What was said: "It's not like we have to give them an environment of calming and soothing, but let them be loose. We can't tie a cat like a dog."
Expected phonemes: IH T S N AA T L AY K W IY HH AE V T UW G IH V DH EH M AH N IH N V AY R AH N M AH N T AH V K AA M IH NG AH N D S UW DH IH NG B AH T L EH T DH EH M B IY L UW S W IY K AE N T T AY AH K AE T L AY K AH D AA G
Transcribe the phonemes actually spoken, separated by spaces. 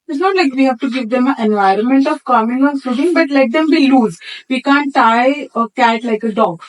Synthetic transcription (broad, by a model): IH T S N AA T L AY K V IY HH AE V T UW G IH V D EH M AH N IH N V AY R AH N M AH N T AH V K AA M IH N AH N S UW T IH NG B AH T L EH T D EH M B IY L UW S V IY K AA N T T AY AH K AE T L AY K AH D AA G